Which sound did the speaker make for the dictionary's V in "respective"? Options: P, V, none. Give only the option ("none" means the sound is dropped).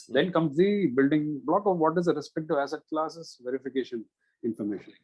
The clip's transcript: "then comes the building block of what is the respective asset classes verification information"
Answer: none